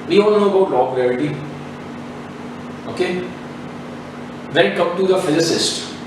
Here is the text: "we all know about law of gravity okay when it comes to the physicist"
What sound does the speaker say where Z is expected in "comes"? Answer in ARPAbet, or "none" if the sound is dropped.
none